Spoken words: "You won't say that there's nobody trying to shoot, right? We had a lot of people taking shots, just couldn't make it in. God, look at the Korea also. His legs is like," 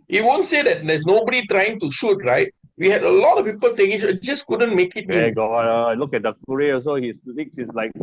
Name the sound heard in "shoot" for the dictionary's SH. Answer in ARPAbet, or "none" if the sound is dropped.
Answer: SH